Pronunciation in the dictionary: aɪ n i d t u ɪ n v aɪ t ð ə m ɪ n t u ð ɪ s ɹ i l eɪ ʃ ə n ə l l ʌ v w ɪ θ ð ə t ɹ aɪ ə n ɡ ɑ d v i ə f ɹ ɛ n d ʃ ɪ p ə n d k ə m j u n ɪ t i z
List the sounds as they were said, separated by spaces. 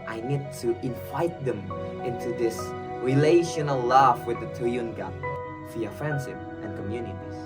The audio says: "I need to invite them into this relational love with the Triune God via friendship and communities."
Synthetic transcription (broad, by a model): aɪ n i d t u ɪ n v aɪ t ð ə m ɪ n t u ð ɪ s ɹ i l eɪ ʃ ə n ə l l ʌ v w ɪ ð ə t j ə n ɡ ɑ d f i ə f ɹ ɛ n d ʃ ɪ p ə n k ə m j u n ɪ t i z